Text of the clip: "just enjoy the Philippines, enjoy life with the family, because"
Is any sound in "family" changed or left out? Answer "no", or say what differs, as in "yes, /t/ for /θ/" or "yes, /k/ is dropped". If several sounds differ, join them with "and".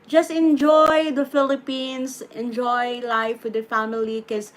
yes, /l/ is dropped